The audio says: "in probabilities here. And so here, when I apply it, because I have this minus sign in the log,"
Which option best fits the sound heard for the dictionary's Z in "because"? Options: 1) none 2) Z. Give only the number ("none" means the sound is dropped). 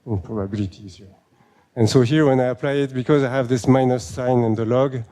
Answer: 2